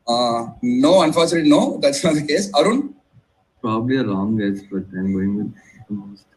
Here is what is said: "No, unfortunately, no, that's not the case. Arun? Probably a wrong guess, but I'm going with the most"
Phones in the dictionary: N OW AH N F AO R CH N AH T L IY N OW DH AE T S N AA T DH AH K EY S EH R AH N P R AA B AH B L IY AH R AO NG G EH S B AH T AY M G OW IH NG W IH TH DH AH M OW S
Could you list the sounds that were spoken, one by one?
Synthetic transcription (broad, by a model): N OW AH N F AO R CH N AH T IY N OW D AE T S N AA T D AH K EY S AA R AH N P R AA B AH B L IY AH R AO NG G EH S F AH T AY M G OW IH NG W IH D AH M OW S